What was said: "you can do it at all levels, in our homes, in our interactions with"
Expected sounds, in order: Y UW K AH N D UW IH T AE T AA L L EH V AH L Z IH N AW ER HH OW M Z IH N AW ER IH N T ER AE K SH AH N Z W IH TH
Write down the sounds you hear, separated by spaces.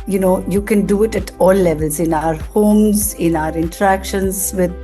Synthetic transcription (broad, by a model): Y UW K AH N D UW IH T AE T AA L L EH V AH L Z IH N AW ER HH OW M Z IH N AW ER IH N T ER AE K SH AH N Z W IH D